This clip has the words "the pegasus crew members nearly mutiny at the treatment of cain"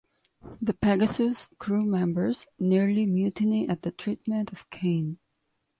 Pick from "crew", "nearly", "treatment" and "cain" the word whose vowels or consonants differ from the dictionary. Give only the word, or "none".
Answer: none